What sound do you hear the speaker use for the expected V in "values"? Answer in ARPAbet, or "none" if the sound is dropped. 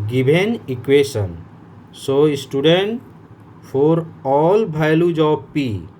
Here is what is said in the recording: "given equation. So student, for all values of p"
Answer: B